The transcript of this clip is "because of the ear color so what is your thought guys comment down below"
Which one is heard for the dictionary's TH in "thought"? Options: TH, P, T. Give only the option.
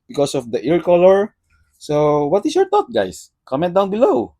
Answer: T